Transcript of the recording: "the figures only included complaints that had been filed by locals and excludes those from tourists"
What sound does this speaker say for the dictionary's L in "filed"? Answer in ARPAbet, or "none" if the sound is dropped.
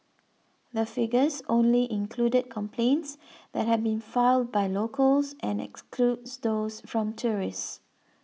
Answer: L